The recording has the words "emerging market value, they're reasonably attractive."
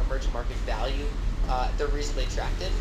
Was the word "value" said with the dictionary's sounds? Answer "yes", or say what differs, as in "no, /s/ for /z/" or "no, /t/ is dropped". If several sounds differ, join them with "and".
yes